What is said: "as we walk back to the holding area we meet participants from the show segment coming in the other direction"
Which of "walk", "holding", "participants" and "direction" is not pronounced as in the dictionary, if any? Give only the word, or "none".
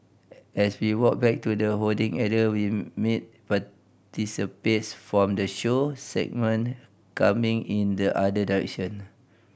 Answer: participants